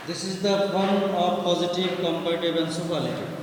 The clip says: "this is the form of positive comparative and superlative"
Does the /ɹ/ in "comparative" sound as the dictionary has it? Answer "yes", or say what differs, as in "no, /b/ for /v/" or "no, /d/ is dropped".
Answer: no, /ɹ/ is dropped